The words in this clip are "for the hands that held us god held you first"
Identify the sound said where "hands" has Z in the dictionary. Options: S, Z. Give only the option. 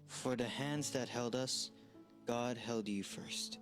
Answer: Z